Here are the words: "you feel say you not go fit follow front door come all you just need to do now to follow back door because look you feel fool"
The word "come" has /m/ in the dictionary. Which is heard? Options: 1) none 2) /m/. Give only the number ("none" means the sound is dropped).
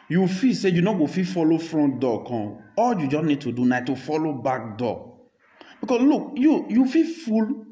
1